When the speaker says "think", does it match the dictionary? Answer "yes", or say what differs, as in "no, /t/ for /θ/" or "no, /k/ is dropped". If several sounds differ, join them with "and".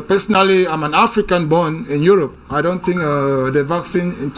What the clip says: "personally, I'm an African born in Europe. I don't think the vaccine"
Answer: no, /t/ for /θ/